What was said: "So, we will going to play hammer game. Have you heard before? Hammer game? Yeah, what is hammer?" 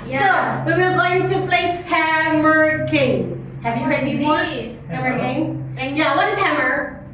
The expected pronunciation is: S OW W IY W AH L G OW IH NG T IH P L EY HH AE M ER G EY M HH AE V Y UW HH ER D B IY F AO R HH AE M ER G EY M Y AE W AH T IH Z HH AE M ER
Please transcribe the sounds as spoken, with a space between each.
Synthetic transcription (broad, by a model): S OW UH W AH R G OW IH NG T IH P L EY HH AE M ER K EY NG HH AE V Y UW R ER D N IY AO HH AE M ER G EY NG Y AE W AH T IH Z HH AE M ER